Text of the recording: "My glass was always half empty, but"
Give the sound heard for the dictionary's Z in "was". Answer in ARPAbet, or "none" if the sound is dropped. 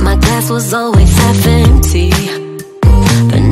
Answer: Z